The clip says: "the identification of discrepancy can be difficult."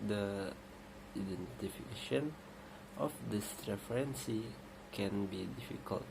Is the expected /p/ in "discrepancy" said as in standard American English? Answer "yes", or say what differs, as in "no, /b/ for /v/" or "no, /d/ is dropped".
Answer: no, /f/ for /p/